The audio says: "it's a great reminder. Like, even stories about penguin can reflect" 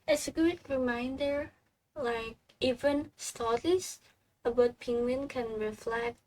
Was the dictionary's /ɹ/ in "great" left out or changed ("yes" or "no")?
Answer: yes